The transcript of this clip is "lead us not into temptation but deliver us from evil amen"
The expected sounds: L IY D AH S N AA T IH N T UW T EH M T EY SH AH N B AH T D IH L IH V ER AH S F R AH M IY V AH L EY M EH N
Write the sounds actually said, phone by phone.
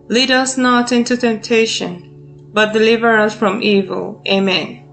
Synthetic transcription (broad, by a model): L IY D AH S N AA T IH N T UW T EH M T EY SH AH N B AH T D IH L IH V ER AH S F R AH M IY V AH L EY M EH N